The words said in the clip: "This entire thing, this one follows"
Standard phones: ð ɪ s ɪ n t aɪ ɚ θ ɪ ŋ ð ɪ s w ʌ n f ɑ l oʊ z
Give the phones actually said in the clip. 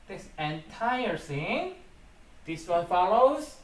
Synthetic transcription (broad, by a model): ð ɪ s ɪ n t aɪ ɚ s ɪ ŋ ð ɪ s w ʌ n f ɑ l oʊ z